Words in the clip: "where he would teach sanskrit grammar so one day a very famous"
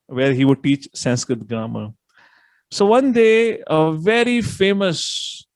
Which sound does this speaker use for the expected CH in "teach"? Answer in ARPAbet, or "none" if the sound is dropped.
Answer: CH